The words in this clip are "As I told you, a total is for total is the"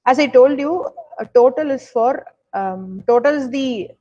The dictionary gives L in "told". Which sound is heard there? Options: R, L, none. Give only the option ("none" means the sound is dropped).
L